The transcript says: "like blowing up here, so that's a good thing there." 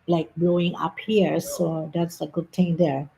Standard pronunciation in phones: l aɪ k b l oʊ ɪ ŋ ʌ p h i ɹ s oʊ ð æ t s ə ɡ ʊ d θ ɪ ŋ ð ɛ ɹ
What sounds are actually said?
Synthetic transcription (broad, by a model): l aɪ k b l oʊ ɪ ŋ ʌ p h i ɹ s oʊ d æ t s ə ɡ ʊ d t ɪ ŋ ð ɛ ɹ